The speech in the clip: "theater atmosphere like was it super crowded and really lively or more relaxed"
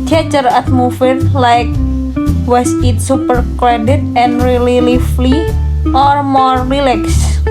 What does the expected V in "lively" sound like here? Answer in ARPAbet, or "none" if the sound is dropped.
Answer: F